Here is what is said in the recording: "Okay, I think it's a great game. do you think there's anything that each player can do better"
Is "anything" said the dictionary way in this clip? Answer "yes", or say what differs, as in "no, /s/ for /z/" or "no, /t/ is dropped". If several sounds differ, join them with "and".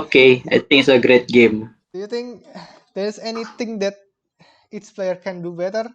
no, /t/ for /θ/